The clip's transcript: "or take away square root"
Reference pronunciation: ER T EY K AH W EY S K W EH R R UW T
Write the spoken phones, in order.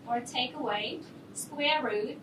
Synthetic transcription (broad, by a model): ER T EY K AH W EY S K W EH R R UW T